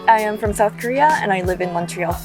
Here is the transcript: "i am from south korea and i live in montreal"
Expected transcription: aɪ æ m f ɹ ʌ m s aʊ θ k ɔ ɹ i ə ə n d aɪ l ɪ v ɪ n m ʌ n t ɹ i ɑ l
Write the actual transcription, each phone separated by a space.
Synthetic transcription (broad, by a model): aɪ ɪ m f ɹ ʌ m s aʊ θ k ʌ ɹ i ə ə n aɪ l ɪ v ɪ n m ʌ n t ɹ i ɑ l